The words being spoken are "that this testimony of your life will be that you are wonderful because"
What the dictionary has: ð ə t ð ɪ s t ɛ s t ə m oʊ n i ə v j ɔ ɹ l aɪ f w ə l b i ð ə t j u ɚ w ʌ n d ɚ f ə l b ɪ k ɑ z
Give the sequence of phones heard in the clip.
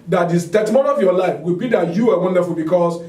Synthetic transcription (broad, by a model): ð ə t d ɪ s t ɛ t m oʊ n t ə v j ɔ l aɪ f w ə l b i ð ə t j u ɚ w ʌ n d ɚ f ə l b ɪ k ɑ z